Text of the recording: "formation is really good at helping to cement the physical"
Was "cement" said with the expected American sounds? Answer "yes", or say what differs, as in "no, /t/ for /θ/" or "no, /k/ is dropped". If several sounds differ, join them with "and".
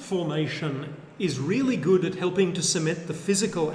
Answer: no, /n/ is dropped